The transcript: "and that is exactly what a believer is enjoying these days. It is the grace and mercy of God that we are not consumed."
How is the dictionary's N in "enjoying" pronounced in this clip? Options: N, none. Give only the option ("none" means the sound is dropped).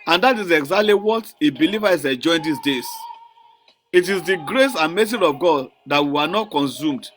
none